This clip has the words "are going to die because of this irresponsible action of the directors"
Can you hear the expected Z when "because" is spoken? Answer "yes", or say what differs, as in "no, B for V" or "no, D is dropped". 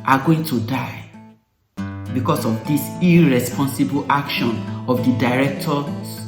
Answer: no, S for Z